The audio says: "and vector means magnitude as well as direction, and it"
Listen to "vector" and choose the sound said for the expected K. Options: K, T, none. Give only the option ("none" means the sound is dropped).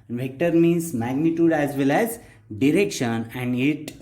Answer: K